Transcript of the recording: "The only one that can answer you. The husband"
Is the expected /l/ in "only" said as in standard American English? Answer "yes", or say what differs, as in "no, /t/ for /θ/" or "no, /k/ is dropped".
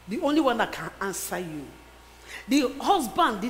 yes